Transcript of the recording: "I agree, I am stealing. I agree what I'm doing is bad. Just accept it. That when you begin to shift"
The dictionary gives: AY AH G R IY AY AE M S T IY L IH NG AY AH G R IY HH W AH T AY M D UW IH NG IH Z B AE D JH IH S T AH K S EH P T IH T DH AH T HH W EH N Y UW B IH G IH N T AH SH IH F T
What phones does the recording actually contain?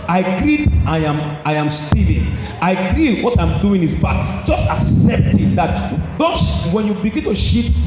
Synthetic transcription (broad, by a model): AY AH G R IY AY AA M S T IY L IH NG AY AH G R IY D W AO T AY M D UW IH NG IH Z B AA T JH IH S T AH K S EH P T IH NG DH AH T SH W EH N Y UW B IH G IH N T AH SH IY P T